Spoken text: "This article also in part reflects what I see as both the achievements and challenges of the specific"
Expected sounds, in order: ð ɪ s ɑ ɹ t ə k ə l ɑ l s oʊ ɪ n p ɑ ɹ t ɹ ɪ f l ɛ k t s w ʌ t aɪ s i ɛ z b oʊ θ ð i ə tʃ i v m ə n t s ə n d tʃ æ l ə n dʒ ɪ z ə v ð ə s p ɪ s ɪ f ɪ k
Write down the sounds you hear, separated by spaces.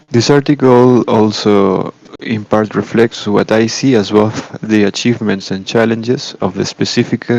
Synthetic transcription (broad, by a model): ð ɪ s ɑ ɹ t ə k ə l ɑ l s oʊ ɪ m p ɑ ɹ t ɹ ɪ f l ɛ k t s w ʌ t aɪ s i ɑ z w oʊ f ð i ə tʃ i v m ə n t s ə n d tʃ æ l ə n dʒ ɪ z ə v ð ə s p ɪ s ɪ f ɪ k